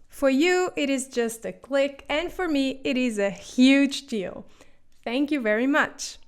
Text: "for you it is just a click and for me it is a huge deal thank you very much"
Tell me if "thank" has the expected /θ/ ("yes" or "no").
yes